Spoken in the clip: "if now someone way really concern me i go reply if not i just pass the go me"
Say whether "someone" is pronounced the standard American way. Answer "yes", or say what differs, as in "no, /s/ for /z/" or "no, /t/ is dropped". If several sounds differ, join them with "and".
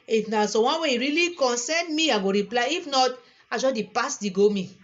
no, /m/ is dropped